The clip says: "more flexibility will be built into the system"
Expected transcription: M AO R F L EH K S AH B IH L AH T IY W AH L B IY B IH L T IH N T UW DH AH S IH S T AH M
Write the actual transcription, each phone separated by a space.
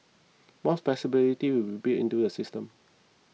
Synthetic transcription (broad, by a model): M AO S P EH S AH B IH L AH T IY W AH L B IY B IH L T IH N T UW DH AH S IH S T AH M